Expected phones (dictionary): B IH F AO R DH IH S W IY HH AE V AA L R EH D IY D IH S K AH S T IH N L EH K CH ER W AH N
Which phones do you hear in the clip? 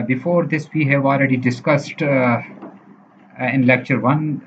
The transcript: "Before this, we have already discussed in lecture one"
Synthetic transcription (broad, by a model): B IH F AO R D IH S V IY HH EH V AA L R EH D IY D IH S K AH S T IH N L EH K CH ER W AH N